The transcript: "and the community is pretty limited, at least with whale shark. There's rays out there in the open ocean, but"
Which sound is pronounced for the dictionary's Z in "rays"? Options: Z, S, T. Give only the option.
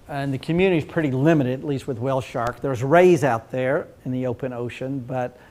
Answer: Z